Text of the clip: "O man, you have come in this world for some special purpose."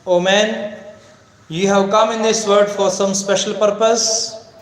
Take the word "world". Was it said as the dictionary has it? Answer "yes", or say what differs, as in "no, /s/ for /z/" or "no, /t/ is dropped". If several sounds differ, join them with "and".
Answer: no, /l/ is dropped